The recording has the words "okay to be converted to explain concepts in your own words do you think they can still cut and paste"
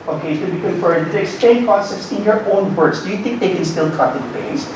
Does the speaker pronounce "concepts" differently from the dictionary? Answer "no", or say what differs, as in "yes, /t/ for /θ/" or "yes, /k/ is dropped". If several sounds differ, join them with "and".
yes, /n/ is dropped and /p/ is dropped